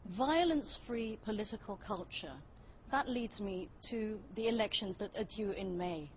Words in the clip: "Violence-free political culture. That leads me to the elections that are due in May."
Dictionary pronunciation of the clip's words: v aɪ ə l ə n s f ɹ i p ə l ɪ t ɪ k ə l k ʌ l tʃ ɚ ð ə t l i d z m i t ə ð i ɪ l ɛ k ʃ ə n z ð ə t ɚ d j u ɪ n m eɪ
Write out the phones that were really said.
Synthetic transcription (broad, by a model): v aɪ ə l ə n s f ɹ i p ə l ɪ t ɪ k ə l k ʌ l tʃ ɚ ð ə t l i d z m i t ə ð i ɪ l ɛ k ʃ ə n z ð ə t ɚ d j u ɪ n m eɪ